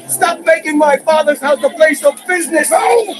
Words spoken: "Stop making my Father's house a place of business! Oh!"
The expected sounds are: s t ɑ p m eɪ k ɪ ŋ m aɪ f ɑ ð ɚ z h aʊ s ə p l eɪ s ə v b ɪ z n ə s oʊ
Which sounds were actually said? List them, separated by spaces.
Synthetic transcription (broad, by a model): s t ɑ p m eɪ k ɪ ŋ m aɪ f ɑ ð ɚ z h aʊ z ə p l eɪ s ə v b ɪ z n ə s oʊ